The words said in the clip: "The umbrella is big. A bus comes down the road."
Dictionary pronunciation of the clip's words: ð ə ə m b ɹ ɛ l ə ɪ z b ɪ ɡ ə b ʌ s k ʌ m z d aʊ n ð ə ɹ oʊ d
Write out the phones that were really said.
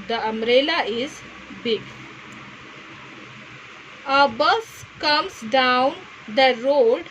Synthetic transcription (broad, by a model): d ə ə m ɹ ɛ l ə ɪ z b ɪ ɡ ə b ʌ s k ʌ m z d aʊ n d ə ɹ oʊ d